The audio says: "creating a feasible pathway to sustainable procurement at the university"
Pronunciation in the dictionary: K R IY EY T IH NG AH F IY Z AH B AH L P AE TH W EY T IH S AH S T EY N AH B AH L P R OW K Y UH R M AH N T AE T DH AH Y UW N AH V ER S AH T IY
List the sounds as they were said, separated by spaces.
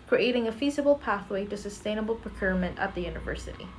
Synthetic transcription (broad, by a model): K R IY EY T IH NG AH F IY Z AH B L P AE TH W EY T IH S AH S T EY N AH B L P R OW K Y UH R M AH N T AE T DH AH Y UW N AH V ER S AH T IY